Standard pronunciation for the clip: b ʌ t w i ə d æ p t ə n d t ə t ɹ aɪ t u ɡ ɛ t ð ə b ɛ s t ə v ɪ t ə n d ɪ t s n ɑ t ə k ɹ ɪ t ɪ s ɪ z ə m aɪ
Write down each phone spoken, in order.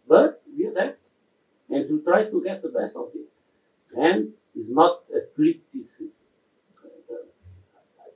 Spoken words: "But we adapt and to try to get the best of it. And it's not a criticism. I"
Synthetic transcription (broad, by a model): b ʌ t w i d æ t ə n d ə t ɹ aɪ t u ɡ ɛ t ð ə b ɛ s t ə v ɪ t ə n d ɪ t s n ɑ t ə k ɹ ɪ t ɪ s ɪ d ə aɪ